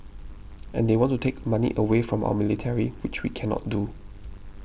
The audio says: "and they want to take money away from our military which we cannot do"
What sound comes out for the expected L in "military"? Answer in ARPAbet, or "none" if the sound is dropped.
L